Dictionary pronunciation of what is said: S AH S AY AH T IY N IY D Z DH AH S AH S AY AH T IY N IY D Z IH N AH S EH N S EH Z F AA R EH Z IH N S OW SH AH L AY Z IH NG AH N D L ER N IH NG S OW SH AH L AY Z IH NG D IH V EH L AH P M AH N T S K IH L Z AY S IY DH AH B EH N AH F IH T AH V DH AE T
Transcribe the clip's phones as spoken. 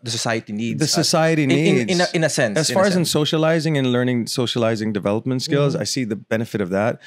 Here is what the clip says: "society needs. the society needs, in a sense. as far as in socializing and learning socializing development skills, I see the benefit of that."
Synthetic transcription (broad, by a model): S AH S AY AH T IY N IY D DH AH S AH S AY AH T IY N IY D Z IH N AH S EH N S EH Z F AA R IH Z IH N S OW SH AH L AY Z IH NG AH N L ER N IH NG S OW SH AH L AY Z IH NG D IH V EH L AH P M AH N T S K IH L Z AY S IY DH AH B EH N AH F IH T AH V DH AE T